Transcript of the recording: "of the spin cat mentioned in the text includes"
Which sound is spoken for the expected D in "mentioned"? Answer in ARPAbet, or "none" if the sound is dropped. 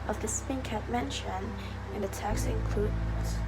none